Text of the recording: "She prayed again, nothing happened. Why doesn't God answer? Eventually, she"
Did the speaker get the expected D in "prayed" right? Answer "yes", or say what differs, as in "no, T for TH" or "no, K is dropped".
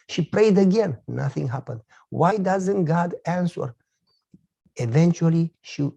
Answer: yes